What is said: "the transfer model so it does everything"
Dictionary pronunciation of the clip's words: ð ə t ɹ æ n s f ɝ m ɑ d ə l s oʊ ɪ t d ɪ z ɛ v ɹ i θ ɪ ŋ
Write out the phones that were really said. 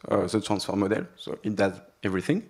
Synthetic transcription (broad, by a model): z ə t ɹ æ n s f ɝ m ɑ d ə l s oʊ ɪ t d ɪ z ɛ v ɹ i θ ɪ ŋ